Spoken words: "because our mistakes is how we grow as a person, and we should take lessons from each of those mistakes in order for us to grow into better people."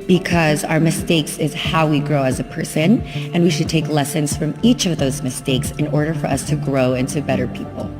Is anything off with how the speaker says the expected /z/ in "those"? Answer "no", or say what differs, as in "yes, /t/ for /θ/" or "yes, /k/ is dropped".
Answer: no